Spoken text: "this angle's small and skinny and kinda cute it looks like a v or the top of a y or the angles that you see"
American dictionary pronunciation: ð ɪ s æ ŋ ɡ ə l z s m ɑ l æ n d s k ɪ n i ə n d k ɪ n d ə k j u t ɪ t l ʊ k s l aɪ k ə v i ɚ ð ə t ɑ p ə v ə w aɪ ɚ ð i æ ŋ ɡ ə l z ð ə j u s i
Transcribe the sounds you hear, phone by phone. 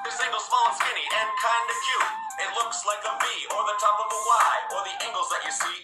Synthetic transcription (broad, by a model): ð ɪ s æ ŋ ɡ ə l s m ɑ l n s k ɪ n i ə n k ɪ n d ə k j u ɪ t l ʊ k s l aɪ k ə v i ɚ ð ə t ɑ p ə v ə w aɪ ɚ ð i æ ŋ ɡ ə l z ð ə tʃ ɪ s i